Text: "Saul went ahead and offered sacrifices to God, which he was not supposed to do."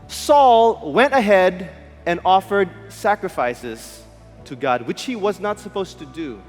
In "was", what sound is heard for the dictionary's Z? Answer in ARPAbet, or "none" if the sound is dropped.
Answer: Z